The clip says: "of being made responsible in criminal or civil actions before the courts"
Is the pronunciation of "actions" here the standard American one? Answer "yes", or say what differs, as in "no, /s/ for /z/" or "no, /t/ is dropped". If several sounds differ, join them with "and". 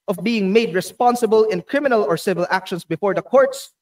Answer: no, /s/ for /z/